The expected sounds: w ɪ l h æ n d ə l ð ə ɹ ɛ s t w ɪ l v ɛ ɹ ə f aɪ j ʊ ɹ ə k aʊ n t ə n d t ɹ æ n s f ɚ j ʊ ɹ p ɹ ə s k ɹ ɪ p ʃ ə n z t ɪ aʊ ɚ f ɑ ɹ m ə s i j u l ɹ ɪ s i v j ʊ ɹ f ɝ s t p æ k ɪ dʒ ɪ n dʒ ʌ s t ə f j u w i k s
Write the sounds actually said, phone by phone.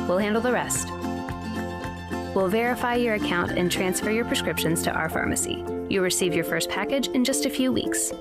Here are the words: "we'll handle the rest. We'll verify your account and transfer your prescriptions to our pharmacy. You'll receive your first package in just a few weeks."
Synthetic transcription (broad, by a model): w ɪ l h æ n d l ð ə ɹ ɛ s t w ɪ l v ɛ ɹ ə f aɪ j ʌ ɹ ə k aʊ n t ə n t ɹ æ n s f ɚ j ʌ ɹ p ɹ ə s k ɹ ɪ p ʃ ə n z t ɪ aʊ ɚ f ɑ ɹ m ə s i j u ɹ ɪ s i v j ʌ ɹ f ɝ s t p æ k ɪ dʒ ɪ n dʒ ʌ s t ə f j u w i k s